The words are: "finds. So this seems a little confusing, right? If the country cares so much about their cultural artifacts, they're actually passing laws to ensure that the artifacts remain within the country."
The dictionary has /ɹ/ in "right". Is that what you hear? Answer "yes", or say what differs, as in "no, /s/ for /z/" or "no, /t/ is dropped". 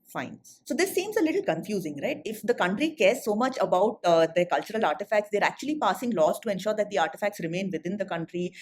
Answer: yes